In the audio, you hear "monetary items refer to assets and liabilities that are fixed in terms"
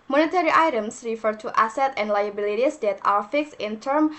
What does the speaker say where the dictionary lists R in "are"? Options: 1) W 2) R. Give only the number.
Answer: 1